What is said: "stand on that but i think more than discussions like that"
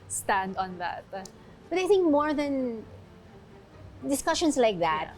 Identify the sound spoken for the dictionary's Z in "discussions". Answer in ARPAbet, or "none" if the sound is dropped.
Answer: S